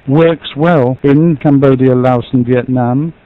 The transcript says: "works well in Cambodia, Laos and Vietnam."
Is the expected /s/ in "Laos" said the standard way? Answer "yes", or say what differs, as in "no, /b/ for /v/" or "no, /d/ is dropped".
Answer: yes